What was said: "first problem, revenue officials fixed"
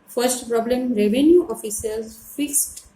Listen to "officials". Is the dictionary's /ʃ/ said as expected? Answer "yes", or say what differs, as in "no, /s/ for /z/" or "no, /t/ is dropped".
no, /s/ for /ʃ/